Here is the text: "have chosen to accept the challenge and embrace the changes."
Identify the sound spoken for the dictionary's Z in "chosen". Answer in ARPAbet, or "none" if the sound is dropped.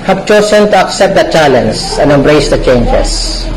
S